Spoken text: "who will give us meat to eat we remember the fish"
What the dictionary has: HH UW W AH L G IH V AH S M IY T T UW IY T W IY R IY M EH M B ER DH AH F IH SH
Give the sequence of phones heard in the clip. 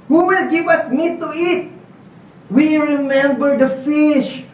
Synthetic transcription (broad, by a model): HH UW W AH L G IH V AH S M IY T T UW IY T W IY R IY M EH M B ER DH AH F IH SH